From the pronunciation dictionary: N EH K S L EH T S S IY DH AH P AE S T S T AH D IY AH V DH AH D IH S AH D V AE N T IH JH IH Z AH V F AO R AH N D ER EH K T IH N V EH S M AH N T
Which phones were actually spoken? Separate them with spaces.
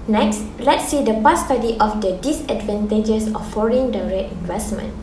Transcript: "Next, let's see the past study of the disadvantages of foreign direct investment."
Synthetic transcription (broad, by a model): N EH K S L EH T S S IY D AH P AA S S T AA D IY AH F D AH D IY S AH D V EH N T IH JH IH S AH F AO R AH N D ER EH T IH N V EH S M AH N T